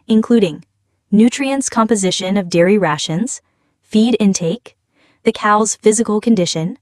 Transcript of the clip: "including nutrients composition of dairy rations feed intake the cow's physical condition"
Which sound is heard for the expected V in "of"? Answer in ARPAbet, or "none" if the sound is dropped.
V